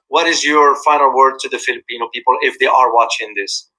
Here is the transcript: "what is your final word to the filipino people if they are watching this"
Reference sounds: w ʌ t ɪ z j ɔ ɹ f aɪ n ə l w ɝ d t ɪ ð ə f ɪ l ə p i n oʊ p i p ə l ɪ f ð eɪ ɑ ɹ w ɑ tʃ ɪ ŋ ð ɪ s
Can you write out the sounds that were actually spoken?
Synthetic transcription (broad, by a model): w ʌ t ɪ z j ɔ ɹ f aɪ n ə l w ɝ d t ɪ ð ə f ɪ l ə p i n oʊ p i p ə l ɪ f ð eɪ ɑ ɹ w ɑ tʃ ɪ ŋ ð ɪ s